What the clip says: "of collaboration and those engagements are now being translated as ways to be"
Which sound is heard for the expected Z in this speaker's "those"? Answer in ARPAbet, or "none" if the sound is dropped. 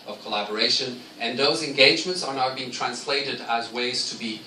Z